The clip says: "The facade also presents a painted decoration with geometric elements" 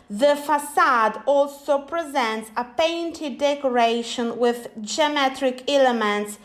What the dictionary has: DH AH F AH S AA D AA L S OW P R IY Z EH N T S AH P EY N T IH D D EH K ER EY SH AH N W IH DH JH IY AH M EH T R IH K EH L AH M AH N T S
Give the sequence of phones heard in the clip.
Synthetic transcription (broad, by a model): DH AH F AH S AA D AA L S OW P R IY Z EH N T S AH P EY N T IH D D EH K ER EY SH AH N W IH DH JH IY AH M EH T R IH K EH L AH M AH N T S